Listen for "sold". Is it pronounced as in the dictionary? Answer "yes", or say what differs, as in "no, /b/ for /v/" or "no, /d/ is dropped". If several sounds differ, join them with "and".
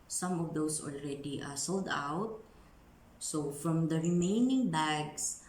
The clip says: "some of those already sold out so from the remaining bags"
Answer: yes